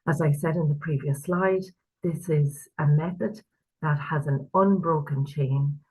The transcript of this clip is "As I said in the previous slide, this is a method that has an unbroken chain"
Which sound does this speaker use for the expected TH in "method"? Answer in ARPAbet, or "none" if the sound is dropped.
TH